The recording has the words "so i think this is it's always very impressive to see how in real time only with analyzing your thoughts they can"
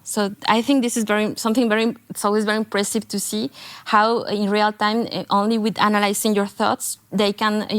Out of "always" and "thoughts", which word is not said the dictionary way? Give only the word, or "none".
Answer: none